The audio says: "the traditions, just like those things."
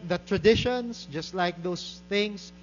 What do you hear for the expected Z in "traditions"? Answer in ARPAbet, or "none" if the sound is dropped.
S